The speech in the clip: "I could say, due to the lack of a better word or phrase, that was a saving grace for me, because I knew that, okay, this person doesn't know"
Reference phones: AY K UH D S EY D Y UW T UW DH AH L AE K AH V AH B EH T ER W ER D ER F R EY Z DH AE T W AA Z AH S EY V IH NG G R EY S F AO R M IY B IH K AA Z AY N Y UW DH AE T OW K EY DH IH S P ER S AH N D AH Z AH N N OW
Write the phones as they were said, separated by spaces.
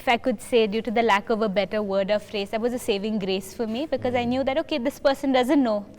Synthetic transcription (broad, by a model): AY K UH D S EY D Y UW T UW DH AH L AE K AH V AH B EH T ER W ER D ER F R EY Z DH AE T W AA Z AH S EY V IH NG G R EY S F AO R M IY B IH K AA Z AY N Y UW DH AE T OW K EY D IH S P ER S AH N D AH Z AH N N OW